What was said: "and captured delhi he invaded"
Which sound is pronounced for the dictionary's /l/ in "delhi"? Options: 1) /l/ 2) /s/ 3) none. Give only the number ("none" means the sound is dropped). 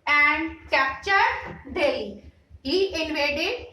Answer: 3